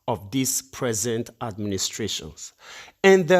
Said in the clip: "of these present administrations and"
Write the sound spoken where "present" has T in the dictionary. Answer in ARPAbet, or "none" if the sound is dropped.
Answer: T